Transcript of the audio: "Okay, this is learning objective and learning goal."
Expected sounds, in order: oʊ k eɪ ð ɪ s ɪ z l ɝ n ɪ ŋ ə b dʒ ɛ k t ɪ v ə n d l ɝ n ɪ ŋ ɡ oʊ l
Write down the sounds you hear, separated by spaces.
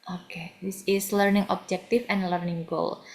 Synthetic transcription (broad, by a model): oʊ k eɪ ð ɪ s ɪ s l ɝ n ɪ ŋ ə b dʒ ɛ k t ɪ f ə n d l ɝ n ɪ ŋ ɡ oʊ l